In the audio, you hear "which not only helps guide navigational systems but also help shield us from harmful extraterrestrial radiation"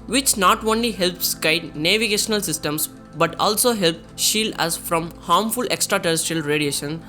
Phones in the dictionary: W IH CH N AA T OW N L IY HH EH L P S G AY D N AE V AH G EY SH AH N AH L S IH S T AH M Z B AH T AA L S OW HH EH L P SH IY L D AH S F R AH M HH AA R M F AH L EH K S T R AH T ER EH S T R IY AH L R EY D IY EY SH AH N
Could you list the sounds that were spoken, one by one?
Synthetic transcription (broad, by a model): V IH CH N AA T OW N L IY HH EH L P S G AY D N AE V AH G EY SH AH N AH L S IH S T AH M S B AH T AA L S OW HH EH L P SH IY L D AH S F R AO M HH AA R M F AH L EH K S T R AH T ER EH S T R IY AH L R EY D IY EY SH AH N